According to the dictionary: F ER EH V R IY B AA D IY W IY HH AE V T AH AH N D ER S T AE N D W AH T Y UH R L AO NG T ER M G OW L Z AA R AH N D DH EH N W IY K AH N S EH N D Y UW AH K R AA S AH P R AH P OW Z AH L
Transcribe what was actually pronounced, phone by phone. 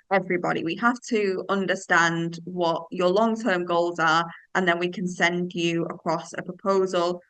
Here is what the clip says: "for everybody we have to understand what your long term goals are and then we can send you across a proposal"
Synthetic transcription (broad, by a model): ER EH V R IY B AA D IY W IY HH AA F T AH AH N D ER S T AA N D W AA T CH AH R L AO NG T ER M G OW L Z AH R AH N DH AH N W IY K AH N S EH N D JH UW AH K R AA S AH P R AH P OW Z AH L